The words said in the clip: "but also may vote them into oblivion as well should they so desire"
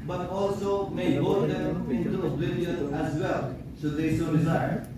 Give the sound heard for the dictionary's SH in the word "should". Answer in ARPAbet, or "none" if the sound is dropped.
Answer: S